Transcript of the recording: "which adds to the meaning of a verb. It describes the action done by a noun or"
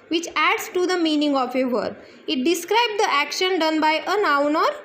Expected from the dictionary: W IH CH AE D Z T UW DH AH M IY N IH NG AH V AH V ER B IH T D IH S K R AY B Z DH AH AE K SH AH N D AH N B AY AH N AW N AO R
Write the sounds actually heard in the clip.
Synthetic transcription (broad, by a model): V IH CH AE D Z T UW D AH M IY N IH NG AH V AH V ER IH T D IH S K R AY B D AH AE K SH AH N D AH N B AY AH N AW N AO R